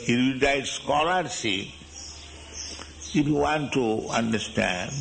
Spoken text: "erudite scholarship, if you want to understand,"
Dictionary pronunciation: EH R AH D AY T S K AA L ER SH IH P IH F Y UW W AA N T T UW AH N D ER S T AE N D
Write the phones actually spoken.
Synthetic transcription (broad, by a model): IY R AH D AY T S K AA L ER S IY IH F Y UW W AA N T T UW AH N D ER S T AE N D